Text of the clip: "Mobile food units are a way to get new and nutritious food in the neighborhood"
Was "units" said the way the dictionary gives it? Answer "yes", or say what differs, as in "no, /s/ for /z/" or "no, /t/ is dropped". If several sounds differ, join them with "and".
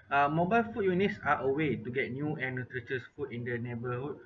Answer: yes